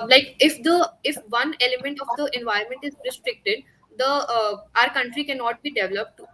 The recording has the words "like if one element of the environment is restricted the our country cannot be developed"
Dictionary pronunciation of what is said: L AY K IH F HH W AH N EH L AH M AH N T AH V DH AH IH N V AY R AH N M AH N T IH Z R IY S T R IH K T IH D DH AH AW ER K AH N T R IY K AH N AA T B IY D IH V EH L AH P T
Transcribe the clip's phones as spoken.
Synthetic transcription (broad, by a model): L AY K IH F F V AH N EH L AH M AH N T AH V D AH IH N V AY AH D M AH N T IH Z R IY S T R IH K T IH D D AH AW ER K AH N T R IY K AH N AA T B IY D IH V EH L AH P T